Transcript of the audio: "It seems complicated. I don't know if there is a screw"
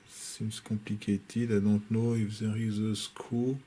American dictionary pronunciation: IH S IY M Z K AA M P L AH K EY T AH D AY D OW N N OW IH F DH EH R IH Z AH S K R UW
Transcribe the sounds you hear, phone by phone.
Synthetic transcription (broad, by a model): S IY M S K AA P L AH K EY T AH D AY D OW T N OW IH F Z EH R IH Z AH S K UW